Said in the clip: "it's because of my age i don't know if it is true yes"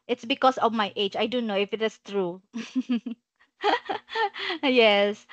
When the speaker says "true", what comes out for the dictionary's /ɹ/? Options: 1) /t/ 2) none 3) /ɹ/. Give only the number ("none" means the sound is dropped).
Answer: 3